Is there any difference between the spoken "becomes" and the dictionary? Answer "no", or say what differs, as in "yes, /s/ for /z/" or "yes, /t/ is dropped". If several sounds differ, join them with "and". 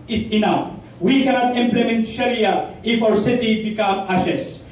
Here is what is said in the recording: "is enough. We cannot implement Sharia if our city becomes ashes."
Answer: yes, /z/ is dropped